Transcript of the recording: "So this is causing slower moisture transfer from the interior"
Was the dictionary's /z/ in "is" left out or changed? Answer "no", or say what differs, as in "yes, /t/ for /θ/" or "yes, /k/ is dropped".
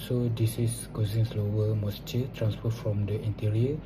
yes, /s/ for /z/